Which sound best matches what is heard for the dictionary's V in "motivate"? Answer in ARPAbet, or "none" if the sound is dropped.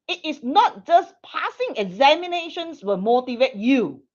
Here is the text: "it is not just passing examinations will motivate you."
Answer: V